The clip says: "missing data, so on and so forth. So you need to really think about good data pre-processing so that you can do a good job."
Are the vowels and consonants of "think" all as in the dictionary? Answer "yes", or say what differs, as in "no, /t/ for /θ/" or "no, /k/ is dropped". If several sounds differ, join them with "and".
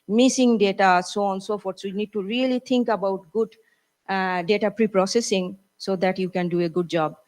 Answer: no, /t/ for /θ/